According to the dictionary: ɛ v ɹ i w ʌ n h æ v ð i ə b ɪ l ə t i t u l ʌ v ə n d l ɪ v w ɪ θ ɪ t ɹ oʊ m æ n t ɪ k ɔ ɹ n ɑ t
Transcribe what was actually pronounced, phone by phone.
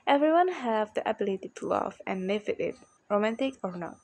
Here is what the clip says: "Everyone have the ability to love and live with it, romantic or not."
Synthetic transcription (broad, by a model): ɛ v ɹ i w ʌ n h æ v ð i ə b ɪ l ə t i t u l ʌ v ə n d l ɪ v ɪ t ɪ t ɹ oʊ m æ n t ɪ k ɔ ɹ n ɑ t